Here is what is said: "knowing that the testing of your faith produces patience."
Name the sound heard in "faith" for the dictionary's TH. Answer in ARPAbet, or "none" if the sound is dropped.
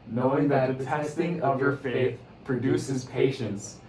TH